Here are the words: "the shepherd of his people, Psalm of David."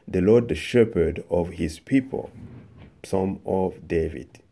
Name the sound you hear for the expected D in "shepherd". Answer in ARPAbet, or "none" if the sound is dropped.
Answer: D